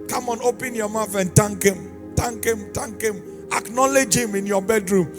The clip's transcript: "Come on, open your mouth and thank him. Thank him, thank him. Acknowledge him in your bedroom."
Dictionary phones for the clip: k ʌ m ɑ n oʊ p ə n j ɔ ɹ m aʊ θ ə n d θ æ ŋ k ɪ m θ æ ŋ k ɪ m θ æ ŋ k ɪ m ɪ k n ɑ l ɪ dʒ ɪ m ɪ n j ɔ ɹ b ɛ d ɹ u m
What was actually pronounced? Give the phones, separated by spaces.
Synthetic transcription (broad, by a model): k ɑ m ɑ n oʊ p ə n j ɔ m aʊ f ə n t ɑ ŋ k ɪ m t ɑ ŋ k ɪ m t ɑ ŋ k ɪ m ɪ k n ɑ l ɪ dʒ ɪ m ɪ n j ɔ b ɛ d ɹ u m